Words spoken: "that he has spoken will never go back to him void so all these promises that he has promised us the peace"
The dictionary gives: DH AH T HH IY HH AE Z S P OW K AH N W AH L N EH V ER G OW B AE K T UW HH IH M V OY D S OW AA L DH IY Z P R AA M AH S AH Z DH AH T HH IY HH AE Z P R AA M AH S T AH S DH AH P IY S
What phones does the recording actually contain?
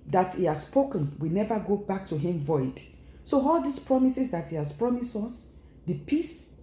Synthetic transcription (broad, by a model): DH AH T HH IY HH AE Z S P OW K AH N W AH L N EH V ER G OW B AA K T UW HH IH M V OY D S OW AA L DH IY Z P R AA M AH S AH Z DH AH T HH IY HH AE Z P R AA M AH S AO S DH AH P IY S